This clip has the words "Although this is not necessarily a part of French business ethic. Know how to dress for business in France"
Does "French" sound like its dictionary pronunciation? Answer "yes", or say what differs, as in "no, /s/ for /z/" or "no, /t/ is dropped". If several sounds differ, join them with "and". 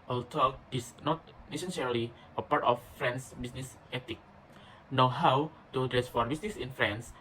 no, /s/ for /tʃ/